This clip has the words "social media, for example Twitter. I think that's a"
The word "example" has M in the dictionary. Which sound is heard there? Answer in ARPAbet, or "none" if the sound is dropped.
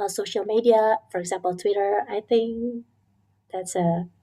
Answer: M